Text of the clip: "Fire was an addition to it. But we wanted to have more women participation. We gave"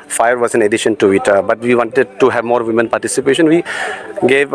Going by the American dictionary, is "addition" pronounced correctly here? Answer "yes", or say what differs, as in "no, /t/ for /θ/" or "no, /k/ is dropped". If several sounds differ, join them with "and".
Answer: yes